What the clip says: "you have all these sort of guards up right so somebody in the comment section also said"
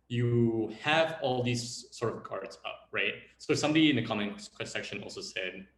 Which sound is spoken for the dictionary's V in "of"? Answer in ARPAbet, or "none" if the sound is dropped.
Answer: V